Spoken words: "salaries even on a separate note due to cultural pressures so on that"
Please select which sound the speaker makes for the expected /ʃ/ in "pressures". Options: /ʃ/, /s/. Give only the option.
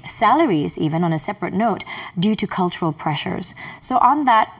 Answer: /ʃ/